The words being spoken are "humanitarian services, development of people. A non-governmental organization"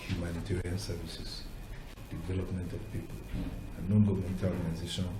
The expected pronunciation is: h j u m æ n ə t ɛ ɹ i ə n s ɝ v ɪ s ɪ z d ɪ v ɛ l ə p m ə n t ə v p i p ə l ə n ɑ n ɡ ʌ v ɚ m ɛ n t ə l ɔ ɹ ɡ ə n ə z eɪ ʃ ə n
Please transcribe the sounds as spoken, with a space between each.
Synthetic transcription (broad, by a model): h j u m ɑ n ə t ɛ ɹ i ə n s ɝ v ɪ s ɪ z d ɪ v ɛ l ə p m ə n t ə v p i p ə l ə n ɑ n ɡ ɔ m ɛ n t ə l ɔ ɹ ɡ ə n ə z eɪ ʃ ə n